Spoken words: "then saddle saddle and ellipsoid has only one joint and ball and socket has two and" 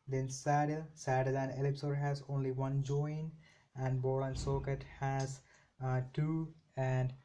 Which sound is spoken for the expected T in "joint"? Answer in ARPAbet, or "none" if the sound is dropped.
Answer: none